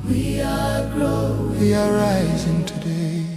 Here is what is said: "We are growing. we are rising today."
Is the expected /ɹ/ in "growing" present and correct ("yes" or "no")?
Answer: no